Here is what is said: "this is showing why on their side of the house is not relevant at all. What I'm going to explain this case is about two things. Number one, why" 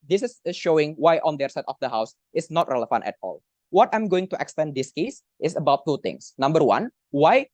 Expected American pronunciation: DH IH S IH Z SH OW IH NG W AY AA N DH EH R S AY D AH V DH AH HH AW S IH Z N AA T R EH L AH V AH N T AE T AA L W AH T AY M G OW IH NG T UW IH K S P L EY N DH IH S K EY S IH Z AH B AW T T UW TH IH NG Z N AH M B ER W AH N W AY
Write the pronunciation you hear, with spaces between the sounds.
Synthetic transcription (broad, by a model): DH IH S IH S SH OW IH NG W AY AA N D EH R S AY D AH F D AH HH AW S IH S N AA T R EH L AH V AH N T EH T AA L W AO T AY M G OW IH NG T UW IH K S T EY N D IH S K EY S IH S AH B AW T T UW T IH NG S N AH M B ER W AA N W AY